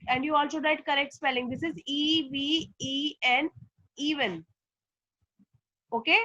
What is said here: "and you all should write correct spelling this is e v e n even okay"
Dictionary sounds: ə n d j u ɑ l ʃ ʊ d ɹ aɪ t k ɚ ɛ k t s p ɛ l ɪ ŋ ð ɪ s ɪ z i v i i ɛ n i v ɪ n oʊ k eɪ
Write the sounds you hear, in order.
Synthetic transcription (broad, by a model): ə n d j u ɑ l s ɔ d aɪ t k ɚ ɛ k t s p ɛ l ɪ ŋ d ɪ s ɪ z i v i i ɛ n i v ɪ n oʊ k eɪ